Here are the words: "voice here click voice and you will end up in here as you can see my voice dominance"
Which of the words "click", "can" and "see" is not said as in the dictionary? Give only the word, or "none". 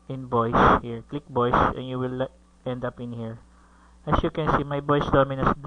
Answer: none